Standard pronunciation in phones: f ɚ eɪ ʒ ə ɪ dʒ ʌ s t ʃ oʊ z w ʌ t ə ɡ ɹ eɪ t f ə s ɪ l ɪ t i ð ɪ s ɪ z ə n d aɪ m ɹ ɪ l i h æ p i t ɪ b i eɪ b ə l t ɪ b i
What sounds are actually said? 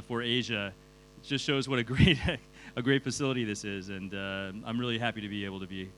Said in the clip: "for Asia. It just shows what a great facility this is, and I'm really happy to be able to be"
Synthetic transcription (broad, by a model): f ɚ eɪ ʒ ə ɪ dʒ ʌ s t ʃ oʊ z w ʌ t ə ɡ ɹ eɪ t f ə s ɪ l ɪ t i ð ɪ s ɪ z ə n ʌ aɪ m ɹ ɪ l i h æ p i t ɪ b i eɪ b l t ɪ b i